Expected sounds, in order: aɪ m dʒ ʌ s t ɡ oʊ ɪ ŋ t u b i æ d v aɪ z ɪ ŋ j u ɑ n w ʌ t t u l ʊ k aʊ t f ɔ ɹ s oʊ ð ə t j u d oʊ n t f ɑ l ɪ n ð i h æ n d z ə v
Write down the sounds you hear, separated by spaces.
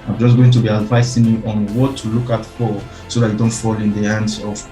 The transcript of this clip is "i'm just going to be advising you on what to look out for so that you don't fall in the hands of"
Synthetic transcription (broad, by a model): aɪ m dʒ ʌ s ɡ oʊ ɪ ŋ t u b i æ d v aɪ s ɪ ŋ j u ɑ n w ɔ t t u l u k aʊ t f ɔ l s oʊ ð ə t j u d oʊ n t f ɑ l ɪ n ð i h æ n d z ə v